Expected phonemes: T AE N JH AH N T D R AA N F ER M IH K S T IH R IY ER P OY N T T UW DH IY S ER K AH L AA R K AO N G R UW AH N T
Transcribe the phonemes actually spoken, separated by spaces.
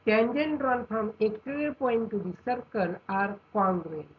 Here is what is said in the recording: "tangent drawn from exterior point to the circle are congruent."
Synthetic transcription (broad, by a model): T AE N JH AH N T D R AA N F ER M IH K T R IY P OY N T T UW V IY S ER K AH N AA R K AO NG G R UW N